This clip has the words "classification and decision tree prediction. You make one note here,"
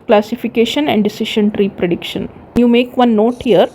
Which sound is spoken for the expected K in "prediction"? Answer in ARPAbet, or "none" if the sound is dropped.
K